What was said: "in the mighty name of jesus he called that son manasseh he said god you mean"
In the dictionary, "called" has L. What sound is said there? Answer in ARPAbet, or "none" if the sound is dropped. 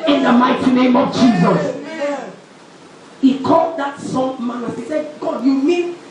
L